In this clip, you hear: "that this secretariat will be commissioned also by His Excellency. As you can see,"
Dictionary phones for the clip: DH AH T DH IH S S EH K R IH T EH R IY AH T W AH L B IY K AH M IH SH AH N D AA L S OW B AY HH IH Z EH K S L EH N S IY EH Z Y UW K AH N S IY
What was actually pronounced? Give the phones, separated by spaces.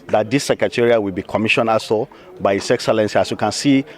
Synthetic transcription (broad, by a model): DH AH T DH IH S S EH K R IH T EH R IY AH W AH L B IY K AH M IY SH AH N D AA S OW B AY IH S EH K S L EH N S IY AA S Y UW K AH N S IY